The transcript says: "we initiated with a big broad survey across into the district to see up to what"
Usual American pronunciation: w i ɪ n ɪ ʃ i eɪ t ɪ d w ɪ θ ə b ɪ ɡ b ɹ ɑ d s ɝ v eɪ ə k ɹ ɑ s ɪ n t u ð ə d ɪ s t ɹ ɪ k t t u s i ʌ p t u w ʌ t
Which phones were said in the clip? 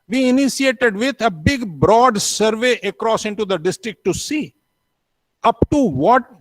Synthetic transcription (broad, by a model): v i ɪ n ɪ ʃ i eɪ t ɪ d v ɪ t ə b ɪ ɡ b ɹ ɑ d s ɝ v eɪ ə k ɹ ɑ s ɪ n t u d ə d ɪ s t ɹ ɪ k t t u s i ʌ p t u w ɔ t